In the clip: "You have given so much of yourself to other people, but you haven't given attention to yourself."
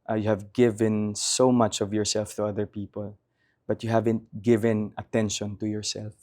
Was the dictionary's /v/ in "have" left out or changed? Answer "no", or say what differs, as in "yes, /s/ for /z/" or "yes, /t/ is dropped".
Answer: no